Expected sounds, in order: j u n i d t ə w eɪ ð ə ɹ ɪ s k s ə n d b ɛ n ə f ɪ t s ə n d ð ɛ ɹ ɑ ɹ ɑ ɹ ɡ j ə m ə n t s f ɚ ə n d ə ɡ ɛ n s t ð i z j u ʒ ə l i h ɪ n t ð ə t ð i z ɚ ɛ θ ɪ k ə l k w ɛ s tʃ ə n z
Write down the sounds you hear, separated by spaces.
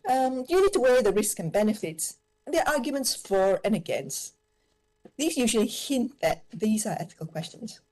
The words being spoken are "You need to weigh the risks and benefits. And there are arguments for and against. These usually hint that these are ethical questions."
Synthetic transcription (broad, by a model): j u n i d t ə w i ð ə ɹ ɪ s k ə n b ɛ n ə f ɪ t s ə n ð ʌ ɹ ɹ ɑ ɹ ɡ j ə m ə n t s f ɚ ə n ə ɡ ɛ n s t ð i z j u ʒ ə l i h ɪ n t ð ə t ð i z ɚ ɛ θ ɪ k ə l k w ɛ s tʃ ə n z